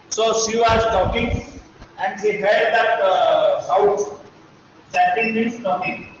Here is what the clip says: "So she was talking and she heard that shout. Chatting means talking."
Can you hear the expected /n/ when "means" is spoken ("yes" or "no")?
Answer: no